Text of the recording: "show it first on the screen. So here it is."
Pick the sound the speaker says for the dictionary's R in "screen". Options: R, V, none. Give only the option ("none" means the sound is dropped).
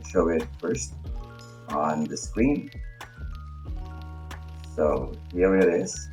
R